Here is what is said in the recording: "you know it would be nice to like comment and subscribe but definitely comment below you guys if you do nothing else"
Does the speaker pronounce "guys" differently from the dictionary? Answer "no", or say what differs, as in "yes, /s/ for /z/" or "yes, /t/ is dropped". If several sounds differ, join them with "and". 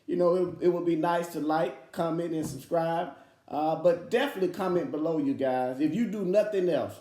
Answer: no